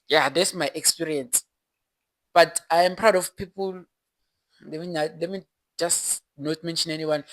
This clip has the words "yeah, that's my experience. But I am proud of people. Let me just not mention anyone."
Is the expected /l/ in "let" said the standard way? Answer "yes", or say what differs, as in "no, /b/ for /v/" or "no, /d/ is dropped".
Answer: no, /n/ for /l/